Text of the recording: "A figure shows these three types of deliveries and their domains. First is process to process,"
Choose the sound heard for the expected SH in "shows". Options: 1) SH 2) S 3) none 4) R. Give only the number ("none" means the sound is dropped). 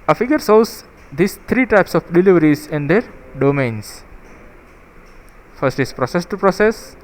2